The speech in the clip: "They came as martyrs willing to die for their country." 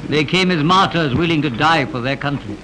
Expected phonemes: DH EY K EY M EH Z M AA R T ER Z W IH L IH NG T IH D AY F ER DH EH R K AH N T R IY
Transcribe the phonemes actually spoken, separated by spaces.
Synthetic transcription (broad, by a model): DH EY K EY M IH Z M AA R T ER Z W IH L IH NG T IH D AY F ER DH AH R K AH N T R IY